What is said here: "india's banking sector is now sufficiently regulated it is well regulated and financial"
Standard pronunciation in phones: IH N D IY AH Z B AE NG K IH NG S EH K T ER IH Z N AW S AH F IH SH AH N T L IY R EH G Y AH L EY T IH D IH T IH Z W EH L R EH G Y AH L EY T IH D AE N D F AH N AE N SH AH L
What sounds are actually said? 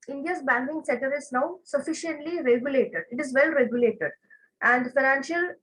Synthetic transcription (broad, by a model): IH N D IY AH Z B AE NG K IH NG S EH T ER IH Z N AW S AH F IH SH AH N T L IY R EH G Y AH L EY T IH D IH T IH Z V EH L R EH G Y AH L EY T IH D AE N D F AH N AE N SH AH L